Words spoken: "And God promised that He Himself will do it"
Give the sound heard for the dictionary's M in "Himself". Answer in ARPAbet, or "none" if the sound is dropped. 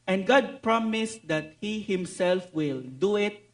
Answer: M